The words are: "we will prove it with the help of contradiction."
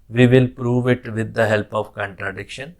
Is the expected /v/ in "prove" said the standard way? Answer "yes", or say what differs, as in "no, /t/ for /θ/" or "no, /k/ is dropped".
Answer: yes